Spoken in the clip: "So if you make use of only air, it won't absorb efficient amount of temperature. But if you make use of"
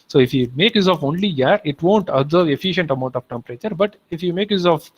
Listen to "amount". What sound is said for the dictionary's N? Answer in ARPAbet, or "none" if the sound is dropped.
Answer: N